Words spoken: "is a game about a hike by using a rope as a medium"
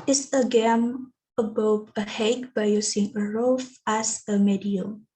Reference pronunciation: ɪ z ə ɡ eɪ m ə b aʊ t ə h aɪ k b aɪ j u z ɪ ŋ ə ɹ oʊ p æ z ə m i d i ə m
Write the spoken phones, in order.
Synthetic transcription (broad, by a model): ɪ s ə ɡ eɪ m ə b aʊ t ə h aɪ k b aɪ j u s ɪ ŋ ə ɹ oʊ f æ s ə m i d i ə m